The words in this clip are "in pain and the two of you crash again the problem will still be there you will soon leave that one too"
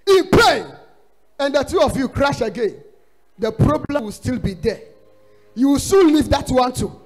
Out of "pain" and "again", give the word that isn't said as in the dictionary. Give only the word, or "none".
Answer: pain